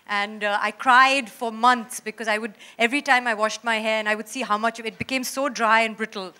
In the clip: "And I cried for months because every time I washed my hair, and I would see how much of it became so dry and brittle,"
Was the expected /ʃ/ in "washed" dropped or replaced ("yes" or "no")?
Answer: no